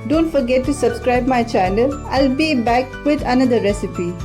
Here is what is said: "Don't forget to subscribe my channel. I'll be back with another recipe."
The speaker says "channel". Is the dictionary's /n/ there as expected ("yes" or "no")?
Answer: no